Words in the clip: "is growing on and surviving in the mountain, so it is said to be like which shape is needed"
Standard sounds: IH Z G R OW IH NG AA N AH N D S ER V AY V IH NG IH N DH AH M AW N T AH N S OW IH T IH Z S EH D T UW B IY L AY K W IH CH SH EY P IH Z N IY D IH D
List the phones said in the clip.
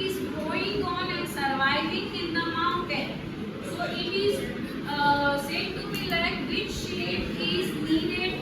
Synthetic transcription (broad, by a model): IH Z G OW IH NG AA N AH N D S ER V AY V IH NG IH N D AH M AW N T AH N S OW IH T IH Z S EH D T UW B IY L AY K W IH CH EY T IH Z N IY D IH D